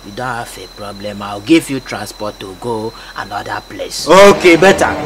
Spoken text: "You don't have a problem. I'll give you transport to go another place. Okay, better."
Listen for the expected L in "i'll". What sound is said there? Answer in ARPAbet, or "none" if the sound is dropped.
W